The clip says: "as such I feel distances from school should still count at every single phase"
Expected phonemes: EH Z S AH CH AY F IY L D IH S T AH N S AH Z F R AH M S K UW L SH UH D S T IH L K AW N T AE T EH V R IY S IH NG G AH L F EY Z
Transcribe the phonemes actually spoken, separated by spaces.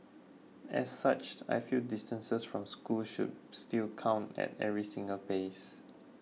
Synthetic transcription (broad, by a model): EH S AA CH AY F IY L D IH S T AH N S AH S F R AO M S K UW L SH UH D S T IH L K AW N T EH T EH V R IY S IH NG G AH L P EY S